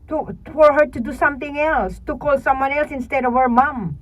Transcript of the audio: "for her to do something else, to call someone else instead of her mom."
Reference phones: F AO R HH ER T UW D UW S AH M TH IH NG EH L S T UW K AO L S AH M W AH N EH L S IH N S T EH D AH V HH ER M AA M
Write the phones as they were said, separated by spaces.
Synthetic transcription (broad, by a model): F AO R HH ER T UW D UW S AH M T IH NG EH L S T UW K AO L S AH M W AH N EH L S IH N S T EH D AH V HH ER M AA M